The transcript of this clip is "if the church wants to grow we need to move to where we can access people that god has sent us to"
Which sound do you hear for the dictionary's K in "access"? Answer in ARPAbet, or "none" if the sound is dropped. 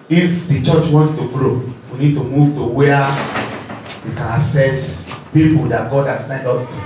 none